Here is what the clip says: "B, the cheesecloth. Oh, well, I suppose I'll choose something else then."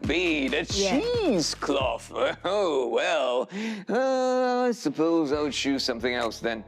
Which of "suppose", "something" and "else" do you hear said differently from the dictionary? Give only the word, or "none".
none